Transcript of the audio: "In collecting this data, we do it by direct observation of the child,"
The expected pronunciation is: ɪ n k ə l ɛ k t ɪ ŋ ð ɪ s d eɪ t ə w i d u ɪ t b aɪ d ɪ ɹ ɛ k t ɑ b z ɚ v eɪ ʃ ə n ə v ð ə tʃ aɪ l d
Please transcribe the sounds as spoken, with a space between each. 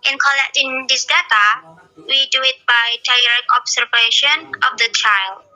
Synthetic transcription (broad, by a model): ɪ n k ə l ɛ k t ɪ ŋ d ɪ s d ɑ t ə w i d u ɪ t b aɪ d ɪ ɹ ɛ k ɑ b s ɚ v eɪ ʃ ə n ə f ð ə tʃ aɪ l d